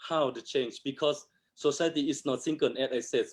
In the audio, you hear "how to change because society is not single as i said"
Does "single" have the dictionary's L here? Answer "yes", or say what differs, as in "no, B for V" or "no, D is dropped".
no, N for L